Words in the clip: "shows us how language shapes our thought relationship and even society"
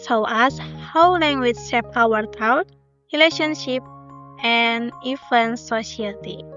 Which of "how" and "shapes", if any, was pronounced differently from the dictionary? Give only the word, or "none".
shapes